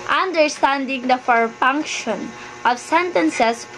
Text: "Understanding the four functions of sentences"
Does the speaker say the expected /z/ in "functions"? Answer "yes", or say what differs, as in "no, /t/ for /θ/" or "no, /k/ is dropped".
no, /z/ is dropped